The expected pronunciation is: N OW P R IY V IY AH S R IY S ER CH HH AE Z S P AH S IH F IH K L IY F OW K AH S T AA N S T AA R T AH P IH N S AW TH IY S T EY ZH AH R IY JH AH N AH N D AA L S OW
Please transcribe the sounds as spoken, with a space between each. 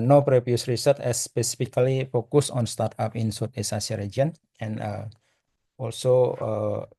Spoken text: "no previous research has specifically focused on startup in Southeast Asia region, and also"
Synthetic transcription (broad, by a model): N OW P R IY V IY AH S R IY S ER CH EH S P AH S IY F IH K L IY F OW K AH S AA N S T AA R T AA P IH N S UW T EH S AA S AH R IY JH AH N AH N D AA L S OW